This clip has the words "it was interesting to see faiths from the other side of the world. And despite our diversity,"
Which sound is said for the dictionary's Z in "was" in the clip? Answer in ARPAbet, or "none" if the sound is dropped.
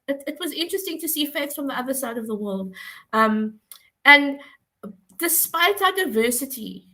Z